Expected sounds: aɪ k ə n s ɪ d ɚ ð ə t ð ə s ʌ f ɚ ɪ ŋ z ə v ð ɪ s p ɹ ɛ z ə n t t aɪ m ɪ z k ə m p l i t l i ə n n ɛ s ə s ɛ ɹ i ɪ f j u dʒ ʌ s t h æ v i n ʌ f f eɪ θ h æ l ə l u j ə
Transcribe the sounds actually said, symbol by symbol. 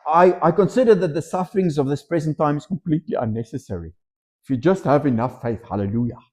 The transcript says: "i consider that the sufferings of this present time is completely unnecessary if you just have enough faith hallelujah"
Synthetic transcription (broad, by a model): aɪ k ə n s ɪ d ɚ ð ə t ð ə s ʌ f ɚ ɪ ŋ z ə v ð ɪ s p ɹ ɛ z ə n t t aɪ m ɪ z k ə m p l i t l i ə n n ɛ s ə s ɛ ɹ i ɪ f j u dʒ ʌ s t h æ v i n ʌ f f eɪ θ h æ l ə l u j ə